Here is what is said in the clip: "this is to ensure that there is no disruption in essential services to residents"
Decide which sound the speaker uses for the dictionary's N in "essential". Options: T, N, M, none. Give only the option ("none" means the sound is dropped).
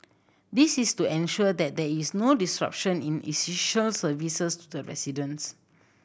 none